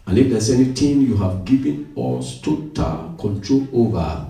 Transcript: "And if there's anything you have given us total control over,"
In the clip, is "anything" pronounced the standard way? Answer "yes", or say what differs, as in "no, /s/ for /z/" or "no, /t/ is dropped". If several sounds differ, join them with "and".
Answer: no, /t/ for /θ/